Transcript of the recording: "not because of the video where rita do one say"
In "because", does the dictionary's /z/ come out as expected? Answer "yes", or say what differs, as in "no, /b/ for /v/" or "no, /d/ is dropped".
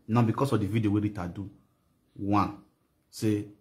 no, /s/ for /z/